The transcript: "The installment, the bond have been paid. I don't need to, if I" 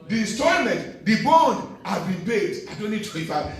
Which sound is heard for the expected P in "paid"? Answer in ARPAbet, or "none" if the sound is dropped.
B